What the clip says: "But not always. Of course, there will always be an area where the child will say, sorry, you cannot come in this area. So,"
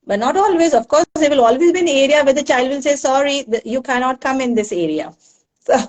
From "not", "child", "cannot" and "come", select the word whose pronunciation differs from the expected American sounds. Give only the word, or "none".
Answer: none